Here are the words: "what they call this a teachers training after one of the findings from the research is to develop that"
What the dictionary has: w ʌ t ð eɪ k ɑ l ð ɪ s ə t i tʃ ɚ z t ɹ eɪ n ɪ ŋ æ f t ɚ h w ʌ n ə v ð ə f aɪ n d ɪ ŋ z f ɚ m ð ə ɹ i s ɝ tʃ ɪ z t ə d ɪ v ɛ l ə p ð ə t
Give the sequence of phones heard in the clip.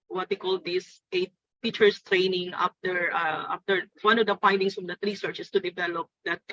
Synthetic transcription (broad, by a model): w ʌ t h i k ɑ l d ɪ s ə t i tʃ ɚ s t ɹ eɪ n ɪ ŋ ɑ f t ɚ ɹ w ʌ n ə v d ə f aɪ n d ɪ ŋ s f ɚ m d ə ɹ i s ɝ tʃ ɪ s t ə d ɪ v ɛ l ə p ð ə t